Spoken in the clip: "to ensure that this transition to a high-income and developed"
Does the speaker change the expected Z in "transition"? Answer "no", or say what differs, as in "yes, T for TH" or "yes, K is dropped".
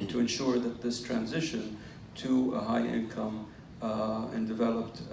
no